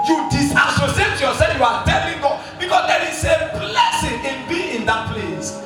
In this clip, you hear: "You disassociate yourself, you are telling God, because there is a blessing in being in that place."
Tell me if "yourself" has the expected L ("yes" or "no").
no